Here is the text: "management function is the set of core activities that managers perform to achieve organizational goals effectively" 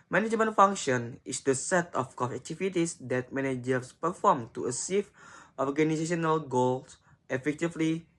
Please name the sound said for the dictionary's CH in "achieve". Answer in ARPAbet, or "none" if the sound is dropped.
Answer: S